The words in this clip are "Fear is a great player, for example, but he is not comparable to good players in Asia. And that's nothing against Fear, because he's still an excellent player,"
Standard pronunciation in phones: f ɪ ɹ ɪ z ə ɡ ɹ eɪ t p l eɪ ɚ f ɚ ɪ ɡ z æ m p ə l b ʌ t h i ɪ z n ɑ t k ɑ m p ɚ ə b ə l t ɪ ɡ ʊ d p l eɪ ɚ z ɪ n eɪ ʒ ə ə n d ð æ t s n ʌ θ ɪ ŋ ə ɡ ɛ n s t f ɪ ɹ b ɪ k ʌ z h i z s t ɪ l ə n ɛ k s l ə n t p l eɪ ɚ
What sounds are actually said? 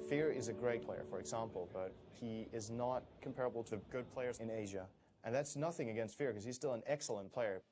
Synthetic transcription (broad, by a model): f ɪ ɹ ɪ z ə ɡ ɹ eɪ t p l eɪ ɚ f ɚ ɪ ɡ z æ m p l b ʌ t h i ɪ z n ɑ t k m p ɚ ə b l t ɪ ɡ ʊ d p l eɪ ɚ z ɪ n eɪ ʒ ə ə n ð æ t s n ʌ θ ɪ ŋ ə ɡ ɛ n s t f ɪ ɹ k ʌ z i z s t ɪ l ə n ɛ k s l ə n p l eɪ ɚ